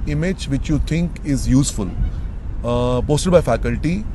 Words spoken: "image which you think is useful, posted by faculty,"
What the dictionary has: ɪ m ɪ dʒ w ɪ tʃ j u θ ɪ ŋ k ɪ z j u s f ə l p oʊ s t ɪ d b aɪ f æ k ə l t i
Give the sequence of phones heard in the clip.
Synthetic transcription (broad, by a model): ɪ m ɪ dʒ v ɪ tʃ j u t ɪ ŋ k ɪ z j u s f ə l p oʊ s t ɪ d b aɪ f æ k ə l t i